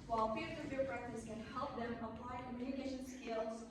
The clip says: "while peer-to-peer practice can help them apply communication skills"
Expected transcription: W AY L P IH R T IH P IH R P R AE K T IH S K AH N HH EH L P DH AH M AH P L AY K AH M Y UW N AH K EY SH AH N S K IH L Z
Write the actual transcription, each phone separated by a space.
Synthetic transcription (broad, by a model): W AY L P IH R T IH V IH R B R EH K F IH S K AH N HH EH L P DH AH M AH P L AY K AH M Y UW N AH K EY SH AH N S K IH L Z